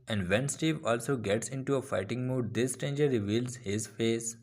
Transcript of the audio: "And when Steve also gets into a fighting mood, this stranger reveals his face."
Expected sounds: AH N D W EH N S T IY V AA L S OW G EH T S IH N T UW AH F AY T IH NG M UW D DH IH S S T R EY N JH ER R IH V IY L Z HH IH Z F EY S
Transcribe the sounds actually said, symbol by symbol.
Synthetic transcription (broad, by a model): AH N D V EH N S T IY V AA L S OW G EH T S IH N T UW AH F AY T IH NG M UW D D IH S S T EY N JH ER R IH V IY L Z HH IH Z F EY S